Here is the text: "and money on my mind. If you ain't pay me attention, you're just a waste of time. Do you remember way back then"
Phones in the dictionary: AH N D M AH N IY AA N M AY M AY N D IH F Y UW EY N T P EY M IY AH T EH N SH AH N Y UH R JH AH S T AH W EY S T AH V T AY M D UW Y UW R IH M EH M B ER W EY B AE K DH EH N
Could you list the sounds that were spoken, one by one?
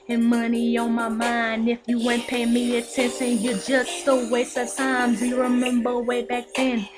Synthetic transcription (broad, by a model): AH N M AH N IY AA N M AY M AY N D IH F Y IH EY N P EY M IY AH T EH N SH AH N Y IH JH AH S T AH W EY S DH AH T AY M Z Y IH R IH M EH M B ER W EY B AE K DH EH N